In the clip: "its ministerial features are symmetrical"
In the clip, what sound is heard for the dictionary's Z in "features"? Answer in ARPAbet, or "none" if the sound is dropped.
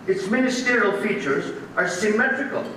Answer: Z